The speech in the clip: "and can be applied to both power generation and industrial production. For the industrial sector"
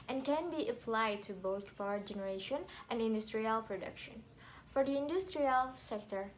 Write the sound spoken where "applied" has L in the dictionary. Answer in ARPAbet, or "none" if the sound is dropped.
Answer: L